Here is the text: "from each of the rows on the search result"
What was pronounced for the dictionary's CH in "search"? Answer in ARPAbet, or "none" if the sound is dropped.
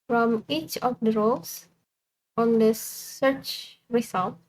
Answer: CH